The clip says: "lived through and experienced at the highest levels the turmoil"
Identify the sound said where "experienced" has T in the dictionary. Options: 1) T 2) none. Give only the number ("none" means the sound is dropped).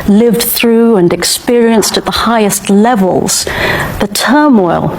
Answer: 1